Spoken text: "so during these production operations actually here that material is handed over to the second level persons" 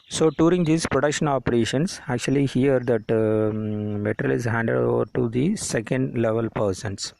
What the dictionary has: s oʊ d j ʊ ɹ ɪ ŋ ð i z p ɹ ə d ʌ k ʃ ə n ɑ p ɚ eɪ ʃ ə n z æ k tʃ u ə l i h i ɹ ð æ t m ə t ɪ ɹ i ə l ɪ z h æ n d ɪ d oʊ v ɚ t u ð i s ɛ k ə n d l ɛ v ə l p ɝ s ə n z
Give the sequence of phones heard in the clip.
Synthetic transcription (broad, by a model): s oʊ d j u ɹ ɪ ŋ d i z p ɹ ə d ʌ k ʃ ə n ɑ p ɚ eɪ ʃ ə n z æ k tʃ u ə l i h i ɹ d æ t m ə t ɹ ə l ɪ z h æ n d ɪ d oʊ v ɚ t u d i s ɛ k ə n d l ɛ v ə l p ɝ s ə n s